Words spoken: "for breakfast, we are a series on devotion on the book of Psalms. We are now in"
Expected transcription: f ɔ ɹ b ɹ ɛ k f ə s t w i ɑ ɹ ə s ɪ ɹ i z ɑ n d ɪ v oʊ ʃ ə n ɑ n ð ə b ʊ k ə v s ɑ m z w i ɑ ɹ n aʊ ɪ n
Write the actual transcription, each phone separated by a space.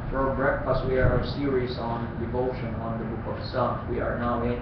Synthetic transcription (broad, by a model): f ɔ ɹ b ɹ ɛ k f ə s t w i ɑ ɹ ə s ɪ ɹ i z ɑ n d ɪ v oʊ ʃ ə n ɑ n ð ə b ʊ k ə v s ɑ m w i ɑ ɹ n aʊ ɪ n